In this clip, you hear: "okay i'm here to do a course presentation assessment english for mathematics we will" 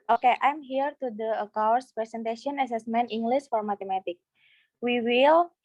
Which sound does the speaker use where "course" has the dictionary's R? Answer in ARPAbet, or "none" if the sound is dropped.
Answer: W